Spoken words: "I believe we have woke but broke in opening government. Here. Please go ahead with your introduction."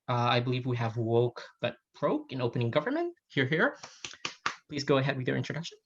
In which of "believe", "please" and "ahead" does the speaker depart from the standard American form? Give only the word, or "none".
none